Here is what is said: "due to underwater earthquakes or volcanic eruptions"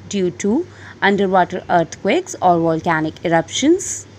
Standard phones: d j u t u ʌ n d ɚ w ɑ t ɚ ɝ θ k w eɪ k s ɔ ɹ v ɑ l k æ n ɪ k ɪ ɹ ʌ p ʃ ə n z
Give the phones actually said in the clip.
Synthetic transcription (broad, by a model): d j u t u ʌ n d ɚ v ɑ t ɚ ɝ t k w eɪ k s ɔ ɹ v ɑ l k æ n ɪ k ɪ ɹ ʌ p ʃ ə n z